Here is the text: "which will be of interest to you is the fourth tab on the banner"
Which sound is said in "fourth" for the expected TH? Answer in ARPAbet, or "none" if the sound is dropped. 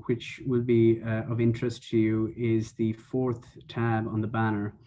TH